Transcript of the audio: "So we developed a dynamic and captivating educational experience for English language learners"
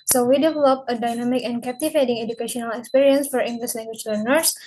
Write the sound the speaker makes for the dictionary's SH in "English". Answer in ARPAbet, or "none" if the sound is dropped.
S